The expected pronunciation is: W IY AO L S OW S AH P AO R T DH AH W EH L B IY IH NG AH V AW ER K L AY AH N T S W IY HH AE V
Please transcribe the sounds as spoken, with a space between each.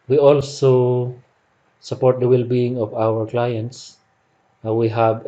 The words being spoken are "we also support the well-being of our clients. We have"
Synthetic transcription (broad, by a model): W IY AO L S OW S AH P AO R T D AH W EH L B IY IH NG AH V AW ER K L AY AH N T S W IY HH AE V